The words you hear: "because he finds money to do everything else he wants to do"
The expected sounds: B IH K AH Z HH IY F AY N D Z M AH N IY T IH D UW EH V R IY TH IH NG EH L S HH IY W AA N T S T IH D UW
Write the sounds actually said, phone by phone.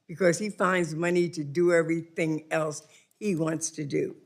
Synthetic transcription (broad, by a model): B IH K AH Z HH IY F AY N D Z M AH N IY T IH D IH EH V R IY TH IH NG EH L S HH IY W AA N T S T IH D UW